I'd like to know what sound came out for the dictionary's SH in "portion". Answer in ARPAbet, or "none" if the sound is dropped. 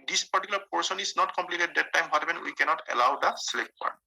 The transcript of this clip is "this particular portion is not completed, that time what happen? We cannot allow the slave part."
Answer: S